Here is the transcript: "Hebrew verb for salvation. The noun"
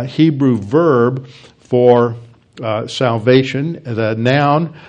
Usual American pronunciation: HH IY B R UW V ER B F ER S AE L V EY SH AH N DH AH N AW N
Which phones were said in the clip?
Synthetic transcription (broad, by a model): HH IY B R UW V ER B F ER S AE L V EY SH AH N DH AH N AW N